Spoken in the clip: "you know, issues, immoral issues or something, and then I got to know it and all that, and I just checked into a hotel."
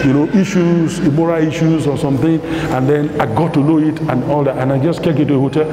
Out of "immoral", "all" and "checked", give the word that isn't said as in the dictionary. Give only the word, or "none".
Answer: checked